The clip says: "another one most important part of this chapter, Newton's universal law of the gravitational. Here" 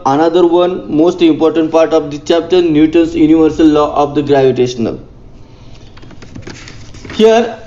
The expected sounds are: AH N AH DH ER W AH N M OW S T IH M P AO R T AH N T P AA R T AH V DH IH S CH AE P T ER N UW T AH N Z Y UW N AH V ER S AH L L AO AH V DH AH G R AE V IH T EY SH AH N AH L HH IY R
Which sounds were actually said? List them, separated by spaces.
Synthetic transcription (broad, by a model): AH N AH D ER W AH N M OW S T IH M P AO R T AH N T P AA R T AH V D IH CH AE P T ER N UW T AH N S Y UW N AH V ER S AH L L AO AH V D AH G R AE V IH T EY SH AH N AH L HH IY R